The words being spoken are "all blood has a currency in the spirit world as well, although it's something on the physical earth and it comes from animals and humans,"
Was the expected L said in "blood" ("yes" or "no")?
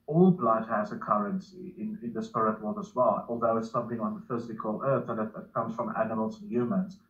yes